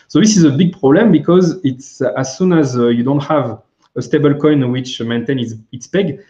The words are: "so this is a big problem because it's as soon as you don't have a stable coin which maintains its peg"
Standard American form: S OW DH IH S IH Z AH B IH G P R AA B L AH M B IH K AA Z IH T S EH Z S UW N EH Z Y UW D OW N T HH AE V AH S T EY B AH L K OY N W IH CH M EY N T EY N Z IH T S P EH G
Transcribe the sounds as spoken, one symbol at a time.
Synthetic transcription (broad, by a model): S OW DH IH S IH Z AH B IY G P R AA B L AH M B IH K AA Z IH T S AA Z S UW N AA Z Y UW D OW N T HH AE V AH S T EY B AH L K OY N W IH CH M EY N T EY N S IH T S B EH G